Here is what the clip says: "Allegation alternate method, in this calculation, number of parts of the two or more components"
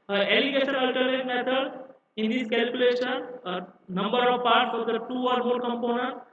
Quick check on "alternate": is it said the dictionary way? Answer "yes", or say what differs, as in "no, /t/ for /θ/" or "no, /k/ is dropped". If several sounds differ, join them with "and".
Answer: no, /n/ is dropped